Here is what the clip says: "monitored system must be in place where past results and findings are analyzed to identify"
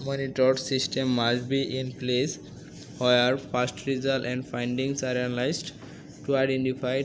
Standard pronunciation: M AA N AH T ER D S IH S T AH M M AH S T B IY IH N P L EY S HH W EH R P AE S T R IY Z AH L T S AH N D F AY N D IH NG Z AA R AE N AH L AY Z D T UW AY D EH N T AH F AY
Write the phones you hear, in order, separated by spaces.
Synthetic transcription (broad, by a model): M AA N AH T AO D S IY S T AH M M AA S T B IY IH N P L EY S HH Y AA R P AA S T R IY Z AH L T AH N D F AY N D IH NG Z AA R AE N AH L AY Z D T UW AY D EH N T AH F AY